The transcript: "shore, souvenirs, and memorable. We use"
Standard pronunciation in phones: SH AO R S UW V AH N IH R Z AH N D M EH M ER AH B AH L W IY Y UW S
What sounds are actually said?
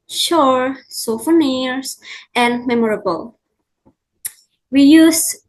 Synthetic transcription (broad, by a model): SH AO R S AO F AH N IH R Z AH N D M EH M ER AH B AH L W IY Y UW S